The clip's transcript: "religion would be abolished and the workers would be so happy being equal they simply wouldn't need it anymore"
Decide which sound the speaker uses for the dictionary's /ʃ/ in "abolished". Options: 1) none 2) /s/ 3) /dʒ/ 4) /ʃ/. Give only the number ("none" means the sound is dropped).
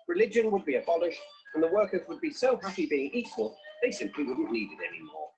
4